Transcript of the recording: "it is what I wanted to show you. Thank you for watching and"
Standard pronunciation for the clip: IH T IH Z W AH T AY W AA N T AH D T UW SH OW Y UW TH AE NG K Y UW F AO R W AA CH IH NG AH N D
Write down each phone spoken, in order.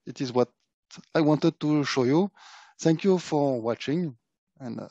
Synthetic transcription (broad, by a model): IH T IH Z W AH T AY W AA N T AH D T UW SH OW Y UW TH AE NG K Y UW F AO R W AA CH IH NG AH N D